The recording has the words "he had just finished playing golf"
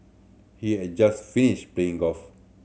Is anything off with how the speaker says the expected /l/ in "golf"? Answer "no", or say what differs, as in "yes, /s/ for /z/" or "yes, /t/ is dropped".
yes, /l/ is dropped